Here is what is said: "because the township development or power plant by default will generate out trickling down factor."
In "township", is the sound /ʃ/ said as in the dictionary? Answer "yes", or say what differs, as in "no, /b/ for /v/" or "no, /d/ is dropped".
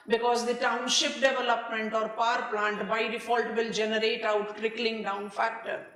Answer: yes